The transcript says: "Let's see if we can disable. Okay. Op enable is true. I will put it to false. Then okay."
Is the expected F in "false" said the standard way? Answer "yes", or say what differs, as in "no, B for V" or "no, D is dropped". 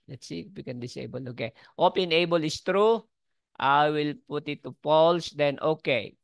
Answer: no, P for F